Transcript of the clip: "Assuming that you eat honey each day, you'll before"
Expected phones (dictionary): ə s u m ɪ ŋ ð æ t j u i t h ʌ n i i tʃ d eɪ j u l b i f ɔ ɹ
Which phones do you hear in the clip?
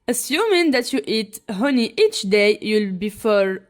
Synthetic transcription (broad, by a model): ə s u m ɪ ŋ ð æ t j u i t h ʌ n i i tʃ d eɪ j u l b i f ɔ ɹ